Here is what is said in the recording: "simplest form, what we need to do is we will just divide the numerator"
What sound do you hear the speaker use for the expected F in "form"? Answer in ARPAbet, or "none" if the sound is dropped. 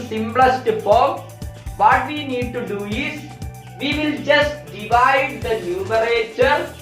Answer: P